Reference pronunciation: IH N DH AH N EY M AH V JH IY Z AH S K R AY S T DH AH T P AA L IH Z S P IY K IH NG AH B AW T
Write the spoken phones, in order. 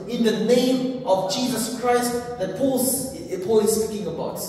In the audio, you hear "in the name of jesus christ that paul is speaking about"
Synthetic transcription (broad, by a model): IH N DH AH N EY M AH V JH IY Z AH S K R AY S T DH AH T P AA L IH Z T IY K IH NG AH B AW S